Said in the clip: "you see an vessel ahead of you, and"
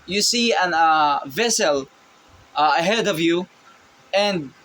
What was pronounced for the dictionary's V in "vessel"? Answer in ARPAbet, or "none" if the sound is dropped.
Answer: V